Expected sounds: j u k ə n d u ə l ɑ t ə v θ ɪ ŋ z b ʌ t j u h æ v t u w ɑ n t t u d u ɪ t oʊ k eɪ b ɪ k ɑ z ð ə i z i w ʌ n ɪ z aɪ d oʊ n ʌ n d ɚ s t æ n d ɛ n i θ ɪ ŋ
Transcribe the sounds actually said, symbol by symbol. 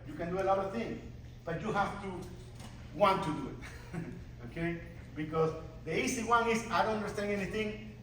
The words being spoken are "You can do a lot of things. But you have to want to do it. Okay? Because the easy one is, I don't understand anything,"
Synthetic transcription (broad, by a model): j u k ə n d u ə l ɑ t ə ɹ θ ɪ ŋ b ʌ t j u h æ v t u w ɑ n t t u d u ɪ t oʊ k eɪ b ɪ k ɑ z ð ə i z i w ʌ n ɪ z aɪ d oʊ n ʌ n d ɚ s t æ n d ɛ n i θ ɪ ŋ